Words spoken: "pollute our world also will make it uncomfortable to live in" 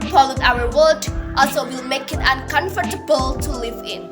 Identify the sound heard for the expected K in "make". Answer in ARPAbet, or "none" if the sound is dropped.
K